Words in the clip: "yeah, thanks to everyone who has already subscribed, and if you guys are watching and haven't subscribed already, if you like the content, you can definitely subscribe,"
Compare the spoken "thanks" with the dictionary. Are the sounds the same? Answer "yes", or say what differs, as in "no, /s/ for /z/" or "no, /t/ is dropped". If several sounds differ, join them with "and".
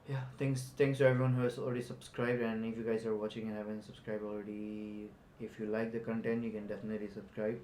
no, /s/ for /θ/